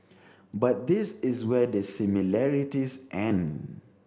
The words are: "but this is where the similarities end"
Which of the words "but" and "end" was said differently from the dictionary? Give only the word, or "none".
end